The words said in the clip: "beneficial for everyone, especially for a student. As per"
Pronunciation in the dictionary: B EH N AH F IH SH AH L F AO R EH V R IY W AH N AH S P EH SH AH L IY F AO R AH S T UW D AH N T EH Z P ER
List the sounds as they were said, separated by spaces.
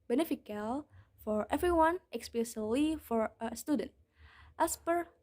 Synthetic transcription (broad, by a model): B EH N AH F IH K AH L F AO R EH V R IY W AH N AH S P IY S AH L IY F AO R AH S T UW D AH N T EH S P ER